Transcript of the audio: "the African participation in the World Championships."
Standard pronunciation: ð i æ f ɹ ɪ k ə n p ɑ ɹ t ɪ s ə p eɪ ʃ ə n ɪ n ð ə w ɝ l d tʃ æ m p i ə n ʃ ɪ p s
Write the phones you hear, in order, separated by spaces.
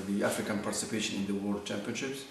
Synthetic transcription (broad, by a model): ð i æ f ɹ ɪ k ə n p ɑ ɹ t ɪ s ə p eɪ ʃ ə n ɪ n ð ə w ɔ d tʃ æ m p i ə n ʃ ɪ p s